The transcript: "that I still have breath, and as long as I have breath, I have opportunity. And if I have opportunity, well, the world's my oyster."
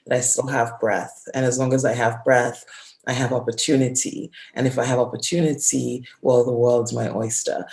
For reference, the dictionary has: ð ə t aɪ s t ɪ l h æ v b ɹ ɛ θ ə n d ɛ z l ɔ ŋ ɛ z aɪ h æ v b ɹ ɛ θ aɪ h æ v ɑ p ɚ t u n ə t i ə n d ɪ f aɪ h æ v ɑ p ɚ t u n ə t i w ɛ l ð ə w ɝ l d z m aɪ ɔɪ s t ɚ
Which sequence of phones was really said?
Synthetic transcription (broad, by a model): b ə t aɪ s t ɪ l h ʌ v b ɹ ɛ θ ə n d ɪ z l ɔ ŋ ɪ z aɪ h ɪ v b ɹ ɛ θ aɪ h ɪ v ɑ p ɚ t u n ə t i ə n ɪ f aɪ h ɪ v ɑ p ɚ t u n ə t i w ɛ l ð ə w ɝ l d z m aɪ ɔɪ s t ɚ